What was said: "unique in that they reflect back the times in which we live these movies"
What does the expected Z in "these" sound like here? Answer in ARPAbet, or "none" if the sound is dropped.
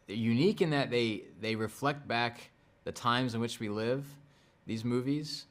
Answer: Z